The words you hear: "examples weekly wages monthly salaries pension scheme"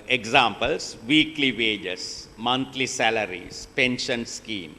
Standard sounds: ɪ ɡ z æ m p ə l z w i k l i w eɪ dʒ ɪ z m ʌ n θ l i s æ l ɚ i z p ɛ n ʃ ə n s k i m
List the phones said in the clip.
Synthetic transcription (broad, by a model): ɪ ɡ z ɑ m p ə l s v i k l i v eɪ dʒ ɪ s m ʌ n t l i s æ l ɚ i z p ɛ n ʃ ə n s k i m